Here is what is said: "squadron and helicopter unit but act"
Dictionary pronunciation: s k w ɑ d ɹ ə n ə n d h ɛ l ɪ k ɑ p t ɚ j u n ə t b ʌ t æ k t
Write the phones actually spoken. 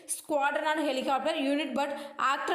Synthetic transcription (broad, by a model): s k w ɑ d ɹ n ə n d h ɛ l ɪ k ɑ p t ɚ j u n ə t b ʌ t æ k t